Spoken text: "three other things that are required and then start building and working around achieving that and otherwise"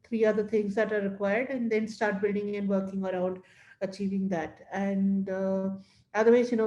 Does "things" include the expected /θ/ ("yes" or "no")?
no